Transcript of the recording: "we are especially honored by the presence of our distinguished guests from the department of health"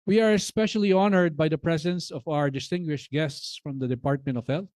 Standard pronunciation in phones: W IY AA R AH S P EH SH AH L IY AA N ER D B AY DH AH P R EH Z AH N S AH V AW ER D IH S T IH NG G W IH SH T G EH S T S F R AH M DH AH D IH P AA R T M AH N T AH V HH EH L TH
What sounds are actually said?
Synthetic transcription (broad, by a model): W IY AA R AH S P EH SH AH L IY AA N ER D B AY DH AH P R EH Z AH N S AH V AW ER D IH S T IH NG G W IH SH T G EH S T S F R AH M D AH D IH P AA R T M AH N T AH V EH L